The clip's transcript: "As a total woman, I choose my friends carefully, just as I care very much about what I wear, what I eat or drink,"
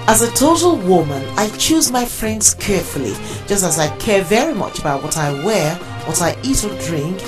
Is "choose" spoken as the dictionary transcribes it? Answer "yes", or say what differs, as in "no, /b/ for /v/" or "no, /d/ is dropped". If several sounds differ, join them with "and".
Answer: yes